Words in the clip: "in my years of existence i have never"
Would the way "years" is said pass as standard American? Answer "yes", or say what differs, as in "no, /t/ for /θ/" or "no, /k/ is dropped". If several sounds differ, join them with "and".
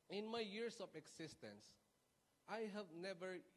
no, /s/ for /z/